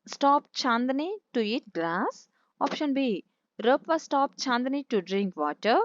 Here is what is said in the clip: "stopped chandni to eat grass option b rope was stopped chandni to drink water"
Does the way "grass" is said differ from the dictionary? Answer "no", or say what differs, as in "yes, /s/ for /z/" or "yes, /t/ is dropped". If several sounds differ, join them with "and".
yes, /l/ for /ɹ/